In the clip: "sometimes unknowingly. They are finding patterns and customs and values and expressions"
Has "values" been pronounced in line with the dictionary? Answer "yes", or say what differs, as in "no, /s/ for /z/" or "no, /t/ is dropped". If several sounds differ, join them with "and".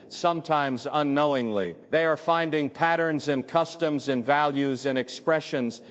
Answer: yes